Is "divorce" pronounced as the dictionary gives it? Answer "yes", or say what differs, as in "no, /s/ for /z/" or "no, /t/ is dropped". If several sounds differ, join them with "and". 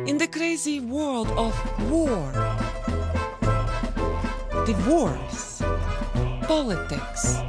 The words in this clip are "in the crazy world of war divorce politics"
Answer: no, /w/ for /v/